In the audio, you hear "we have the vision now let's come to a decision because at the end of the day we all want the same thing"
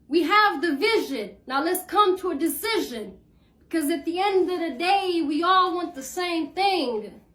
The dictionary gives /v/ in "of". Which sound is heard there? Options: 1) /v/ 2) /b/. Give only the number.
1